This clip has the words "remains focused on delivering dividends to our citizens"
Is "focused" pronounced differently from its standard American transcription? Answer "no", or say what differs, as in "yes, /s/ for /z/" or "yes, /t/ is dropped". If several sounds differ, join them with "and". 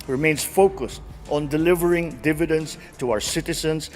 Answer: no